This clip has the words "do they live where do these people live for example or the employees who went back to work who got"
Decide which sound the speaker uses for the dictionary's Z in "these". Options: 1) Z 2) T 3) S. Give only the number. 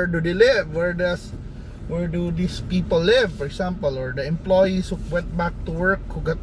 3